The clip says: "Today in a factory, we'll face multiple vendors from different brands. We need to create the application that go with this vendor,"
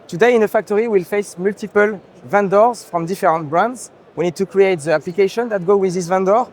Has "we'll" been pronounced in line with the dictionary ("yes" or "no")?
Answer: yes